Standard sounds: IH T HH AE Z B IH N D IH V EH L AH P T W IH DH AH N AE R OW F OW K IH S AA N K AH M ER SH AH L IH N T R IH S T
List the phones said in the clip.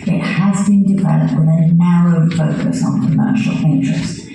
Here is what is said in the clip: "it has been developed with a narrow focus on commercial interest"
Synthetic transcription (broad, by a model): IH T HH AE Z B IH N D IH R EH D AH T W IH DH AH N AE R OW F OW K IH S N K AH M ER SH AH L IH N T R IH S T